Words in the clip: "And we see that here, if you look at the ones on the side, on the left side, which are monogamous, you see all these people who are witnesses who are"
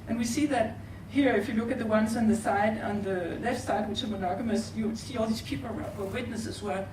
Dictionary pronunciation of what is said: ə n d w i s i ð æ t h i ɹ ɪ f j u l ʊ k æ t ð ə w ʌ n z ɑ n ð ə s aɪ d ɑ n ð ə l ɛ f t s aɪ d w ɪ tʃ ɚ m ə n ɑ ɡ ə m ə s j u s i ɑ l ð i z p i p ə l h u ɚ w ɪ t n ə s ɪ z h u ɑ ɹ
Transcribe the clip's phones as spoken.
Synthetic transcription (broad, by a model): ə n w i s i ð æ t h i ɹ ɪ f j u l ʊ k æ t ð ə w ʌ n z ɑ n ð ə s aɪ d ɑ n ð ə l ɛ f t s aɪ d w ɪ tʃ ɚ m ə n ɑ ɡ ə m ə s j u s i ɑ l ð i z p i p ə l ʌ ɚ w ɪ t n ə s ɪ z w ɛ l